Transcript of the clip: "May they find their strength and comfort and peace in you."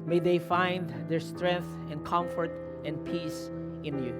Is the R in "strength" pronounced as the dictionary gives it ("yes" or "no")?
yes